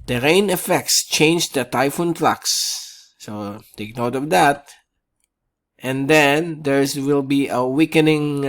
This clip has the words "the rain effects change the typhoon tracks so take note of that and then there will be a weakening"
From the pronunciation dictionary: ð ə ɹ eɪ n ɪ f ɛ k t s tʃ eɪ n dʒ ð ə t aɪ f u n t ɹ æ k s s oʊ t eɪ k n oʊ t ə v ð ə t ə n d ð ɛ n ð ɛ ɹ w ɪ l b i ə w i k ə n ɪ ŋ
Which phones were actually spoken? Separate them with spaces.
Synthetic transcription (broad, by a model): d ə ɹ eɪ n ɪ f ɛ k t s tʃ eɪ n dʒ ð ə t aɪ f u n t l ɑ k s s oʊ t eɪ k n oʊ t ə v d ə t ə n d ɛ n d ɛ ɹ w ɪ l b i ə w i k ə n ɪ ŋ